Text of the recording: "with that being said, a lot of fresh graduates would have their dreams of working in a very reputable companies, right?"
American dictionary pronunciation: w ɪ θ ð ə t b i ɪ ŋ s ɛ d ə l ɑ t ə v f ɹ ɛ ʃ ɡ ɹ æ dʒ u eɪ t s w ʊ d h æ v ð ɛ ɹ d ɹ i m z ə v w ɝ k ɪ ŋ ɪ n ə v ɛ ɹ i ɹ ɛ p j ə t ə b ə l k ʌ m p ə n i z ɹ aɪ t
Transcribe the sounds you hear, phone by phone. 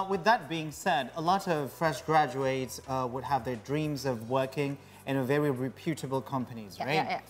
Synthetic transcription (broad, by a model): w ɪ ð ə t b i ɪ ŋ s ɛ d ə l ɑ t ə v f ɹ ɛ ʃ ɡ ɹ æ dʒ u eɪ t s w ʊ d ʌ v ð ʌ ɹ d ɹ i m z ə v w ɝ k ɪ ŋ ɪ n ə v ɛ ɹ i ɹ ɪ p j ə t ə b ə l k ʌ m p ə n i z ɹ aɪ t